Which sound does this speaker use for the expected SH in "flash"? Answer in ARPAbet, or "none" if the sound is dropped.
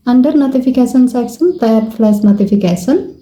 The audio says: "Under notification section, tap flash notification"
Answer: S